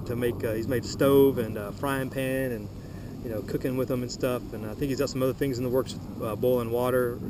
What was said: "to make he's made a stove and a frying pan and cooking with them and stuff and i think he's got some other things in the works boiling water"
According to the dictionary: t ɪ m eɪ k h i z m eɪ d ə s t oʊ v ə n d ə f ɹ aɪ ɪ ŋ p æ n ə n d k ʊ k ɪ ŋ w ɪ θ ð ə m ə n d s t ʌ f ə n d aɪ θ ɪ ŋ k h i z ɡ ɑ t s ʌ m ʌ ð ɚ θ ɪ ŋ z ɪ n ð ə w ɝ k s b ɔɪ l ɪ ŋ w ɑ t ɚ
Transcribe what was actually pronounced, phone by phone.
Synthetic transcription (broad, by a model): t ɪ m eɪ k h i z m eɪ d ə s t oʊ v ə n ə f ɹ aɪ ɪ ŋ p æ n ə n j k ʊ k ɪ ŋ w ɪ ð ə m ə n s t ʌ f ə n aɪ θ ɪ k h i z ɡ ɑ t s ʌ m ʌ ð ɚ θ ɪ ŋ z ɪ n ð ə w ɝ k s b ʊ l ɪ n w ɑ t ɚ